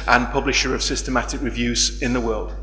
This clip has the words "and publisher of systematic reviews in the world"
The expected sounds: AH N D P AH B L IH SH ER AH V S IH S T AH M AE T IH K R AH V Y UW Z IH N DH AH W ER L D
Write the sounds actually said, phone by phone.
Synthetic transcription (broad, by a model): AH N P AH B L IH SH ER AH V S IH S T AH M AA T IH K R AH V Y UW Z IH N DH AH W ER L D